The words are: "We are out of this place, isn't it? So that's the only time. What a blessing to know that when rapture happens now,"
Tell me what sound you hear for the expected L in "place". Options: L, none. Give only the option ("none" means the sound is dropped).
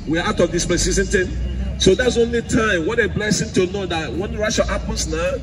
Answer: none